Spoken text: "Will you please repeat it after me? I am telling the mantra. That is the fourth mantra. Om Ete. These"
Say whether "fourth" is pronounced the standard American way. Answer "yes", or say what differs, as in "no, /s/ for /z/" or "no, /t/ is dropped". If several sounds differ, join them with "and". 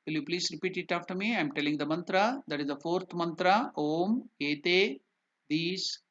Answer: no, /t/ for /θ/